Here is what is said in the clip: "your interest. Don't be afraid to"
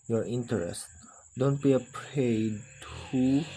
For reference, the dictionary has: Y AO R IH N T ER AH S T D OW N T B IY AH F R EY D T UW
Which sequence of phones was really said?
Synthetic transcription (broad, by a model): Y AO R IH N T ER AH S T D OW N T B IY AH P R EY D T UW